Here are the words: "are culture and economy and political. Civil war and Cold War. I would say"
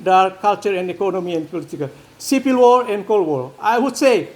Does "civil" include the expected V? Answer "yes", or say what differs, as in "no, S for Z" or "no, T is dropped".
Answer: no, P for V